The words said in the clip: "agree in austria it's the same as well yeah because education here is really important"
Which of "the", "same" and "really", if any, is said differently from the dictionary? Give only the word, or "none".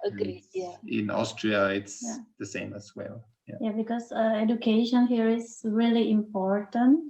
none